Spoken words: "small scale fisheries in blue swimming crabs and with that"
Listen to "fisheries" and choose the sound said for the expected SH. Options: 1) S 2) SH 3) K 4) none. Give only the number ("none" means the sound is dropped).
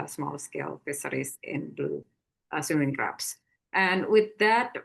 1